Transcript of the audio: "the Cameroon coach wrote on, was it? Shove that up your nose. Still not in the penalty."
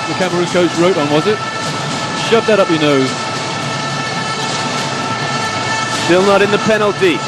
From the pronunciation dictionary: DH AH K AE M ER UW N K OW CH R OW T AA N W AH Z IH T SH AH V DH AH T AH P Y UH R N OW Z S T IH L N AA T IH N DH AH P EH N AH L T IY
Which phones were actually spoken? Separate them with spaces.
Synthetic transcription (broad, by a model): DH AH K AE M ER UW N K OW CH R OW T N W AH Z IH T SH AH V DH AH T AH P Y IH N OW Z S T IH L N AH T IH N DH AH P EH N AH L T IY